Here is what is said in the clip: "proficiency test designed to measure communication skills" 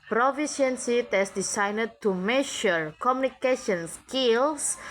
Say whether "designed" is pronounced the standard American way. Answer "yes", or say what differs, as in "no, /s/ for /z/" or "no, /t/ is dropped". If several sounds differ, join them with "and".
no, /s/ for /z/